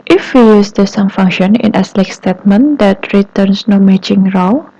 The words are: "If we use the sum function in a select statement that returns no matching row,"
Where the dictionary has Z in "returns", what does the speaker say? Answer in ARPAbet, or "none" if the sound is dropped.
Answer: S